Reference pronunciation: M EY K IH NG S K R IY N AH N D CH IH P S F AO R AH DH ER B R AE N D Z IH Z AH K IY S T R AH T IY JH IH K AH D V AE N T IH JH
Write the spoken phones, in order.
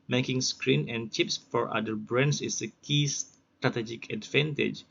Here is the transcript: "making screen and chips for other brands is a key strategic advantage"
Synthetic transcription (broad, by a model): M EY K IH NG S K R IY N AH N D CH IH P S F AO R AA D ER B R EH N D S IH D AH K IY S T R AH T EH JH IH K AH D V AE N T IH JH